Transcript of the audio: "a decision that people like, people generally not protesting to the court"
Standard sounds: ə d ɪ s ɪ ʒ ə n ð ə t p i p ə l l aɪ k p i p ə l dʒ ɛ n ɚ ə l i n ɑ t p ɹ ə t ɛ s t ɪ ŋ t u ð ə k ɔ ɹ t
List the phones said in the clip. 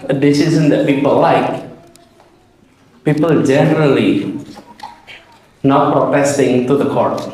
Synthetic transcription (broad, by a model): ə d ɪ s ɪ z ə n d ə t p i p ə l l aɪ k p i p ə l dʒ ɛ n ɚ ə l i n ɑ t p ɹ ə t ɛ s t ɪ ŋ t u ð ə k ɔ ɹ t